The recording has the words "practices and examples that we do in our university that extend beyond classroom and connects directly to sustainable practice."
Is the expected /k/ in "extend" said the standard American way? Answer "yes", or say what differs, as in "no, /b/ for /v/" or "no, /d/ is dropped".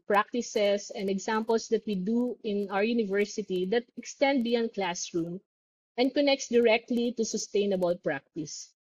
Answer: yes